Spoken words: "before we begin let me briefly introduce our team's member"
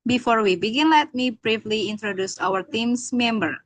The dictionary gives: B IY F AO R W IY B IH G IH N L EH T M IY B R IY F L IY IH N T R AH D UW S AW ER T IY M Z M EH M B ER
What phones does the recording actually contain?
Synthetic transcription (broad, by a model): B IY F AO R W IY B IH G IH N L EH T M IY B R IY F L IY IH N T R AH D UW S AW ER T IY M S M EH M B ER